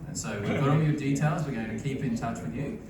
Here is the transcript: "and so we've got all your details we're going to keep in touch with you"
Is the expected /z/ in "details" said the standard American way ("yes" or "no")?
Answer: yes